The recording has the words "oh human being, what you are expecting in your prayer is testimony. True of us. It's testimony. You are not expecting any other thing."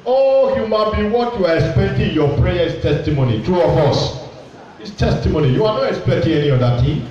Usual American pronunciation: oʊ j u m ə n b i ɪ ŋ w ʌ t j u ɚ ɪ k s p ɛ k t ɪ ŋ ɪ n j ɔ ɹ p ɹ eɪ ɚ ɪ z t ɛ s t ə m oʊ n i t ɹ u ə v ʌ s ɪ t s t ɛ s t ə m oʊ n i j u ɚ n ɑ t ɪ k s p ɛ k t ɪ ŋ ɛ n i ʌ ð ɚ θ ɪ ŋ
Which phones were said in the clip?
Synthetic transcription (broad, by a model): oʊ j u m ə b i w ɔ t j u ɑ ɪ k s p ɛ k t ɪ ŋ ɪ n j ɔ p ɹ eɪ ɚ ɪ s t ɛ s t ə m oʊ n i t ɹ u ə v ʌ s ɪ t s t ɛ s t ə m oʊ n i j u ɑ n ɑ t ɪ k s p ɛ k t ɪ ŋ ɛ n i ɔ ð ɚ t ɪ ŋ